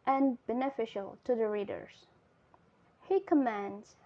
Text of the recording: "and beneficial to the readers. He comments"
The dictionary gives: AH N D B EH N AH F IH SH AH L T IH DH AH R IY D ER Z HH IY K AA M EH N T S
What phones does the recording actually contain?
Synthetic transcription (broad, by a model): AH N B EH N AH F IH SH AH L T IH DH AH R IY D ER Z HH IY K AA M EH N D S